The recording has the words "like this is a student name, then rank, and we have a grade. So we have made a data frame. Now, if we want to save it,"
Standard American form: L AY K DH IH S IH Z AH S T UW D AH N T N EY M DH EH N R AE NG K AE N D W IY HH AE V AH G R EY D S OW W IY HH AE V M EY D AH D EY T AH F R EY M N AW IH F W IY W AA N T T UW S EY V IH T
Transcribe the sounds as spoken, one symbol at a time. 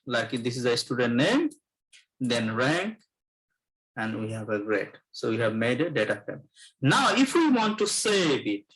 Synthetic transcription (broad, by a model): L AY K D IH S IH Z AH S T UW D AH N T N EY M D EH N R AE NG K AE N D W IY HH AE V AH G R EY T S OW W IY HH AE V M EY D AH D EY T AH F EY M N AW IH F W IY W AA N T T UW S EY B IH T